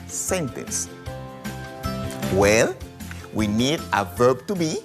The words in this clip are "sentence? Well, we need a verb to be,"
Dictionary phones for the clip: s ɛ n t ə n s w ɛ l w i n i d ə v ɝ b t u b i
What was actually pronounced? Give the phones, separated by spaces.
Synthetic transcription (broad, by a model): s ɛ n t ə n s w ɛ l w i n i d ə v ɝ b t u b i